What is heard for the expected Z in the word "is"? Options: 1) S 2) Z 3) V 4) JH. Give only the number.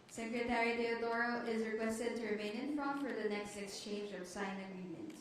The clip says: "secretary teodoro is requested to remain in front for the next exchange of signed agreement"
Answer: 2